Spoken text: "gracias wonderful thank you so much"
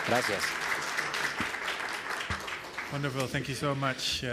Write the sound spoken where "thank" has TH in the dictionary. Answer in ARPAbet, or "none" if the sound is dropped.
TH